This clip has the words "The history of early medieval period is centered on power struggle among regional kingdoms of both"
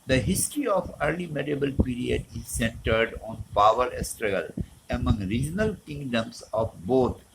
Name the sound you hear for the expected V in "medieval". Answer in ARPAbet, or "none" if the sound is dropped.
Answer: B